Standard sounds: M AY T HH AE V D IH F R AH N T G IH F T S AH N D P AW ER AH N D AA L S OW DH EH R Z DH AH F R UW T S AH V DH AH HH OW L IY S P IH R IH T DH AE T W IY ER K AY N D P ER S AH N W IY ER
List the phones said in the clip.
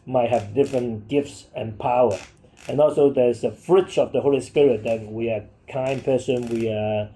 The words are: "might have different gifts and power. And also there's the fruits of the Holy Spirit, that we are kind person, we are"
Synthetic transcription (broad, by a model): M AY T HH AE V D IH F R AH N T G IH F T S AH N P AW ER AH N AA L S OW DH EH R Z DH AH F R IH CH AH V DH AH HH OW L IY S P IH R IH T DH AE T W IY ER K AY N P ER S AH N W IY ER